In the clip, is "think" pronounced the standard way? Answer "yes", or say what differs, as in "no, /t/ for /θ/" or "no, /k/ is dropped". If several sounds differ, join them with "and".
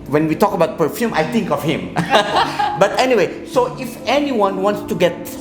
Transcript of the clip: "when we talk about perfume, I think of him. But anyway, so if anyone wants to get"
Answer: no, /t/ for /θ/